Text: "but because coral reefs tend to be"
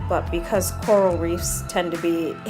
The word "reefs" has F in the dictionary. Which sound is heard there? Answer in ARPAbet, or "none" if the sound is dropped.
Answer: F